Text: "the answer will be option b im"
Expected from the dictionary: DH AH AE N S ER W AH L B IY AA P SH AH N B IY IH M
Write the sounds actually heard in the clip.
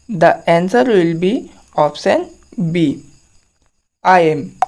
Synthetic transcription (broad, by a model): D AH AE N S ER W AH L B IY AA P S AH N B IY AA M